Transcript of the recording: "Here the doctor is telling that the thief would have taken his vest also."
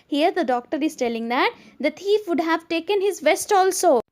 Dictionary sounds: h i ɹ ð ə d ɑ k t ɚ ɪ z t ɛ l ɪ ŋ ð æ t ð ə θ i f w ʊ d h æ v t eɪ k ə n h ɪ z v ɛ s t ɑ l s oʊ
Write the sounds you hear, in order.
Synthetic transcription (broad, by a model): h i ɹ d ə d ɑ k t ɚ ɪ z t ɛ l ɪ ŋ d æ t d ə t i f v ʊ d h æ v t eɪ k ə n h ɪ z v ɛ s t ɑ l s oʊ